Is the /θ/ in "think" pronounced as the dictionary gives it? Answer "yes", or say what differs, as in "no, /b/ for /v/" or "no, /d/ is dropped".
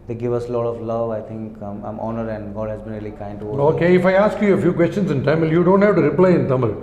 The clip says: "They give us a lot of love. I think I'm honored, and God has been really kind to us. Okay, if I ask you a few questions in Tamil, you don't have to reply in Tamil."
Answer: no, /t/ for /θ/